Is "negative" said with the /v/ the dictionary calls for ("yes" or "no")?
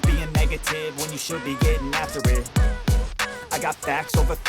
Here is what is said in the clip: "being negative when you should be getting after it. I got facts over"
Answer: yes